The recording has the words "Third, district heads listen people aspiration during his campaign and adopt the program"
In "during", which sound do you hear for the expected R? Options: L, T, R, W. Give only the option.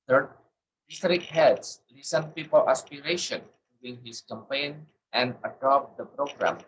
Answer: W